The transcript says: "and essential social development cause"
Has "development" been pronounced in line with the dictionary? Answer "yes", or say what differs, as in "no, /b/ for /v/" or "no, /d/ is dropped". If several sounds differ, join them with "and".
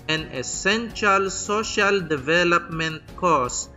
yes